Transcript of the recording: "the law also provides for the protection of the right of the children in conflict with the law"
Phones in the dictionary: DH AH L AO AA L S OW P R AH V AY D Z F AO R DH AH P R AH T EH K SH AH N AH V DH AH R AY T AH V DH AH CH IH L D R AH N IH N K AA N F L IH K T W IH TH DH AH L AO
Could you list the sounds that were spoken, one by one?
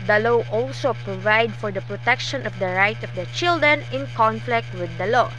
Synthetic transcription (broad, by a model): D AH L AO AA L S OW P R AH V AY D F AO R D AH P R AH T EH K SH AH N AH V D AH R AY T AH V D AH CH IH L D R AH N IH N K AA N F L IH K T W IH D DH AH L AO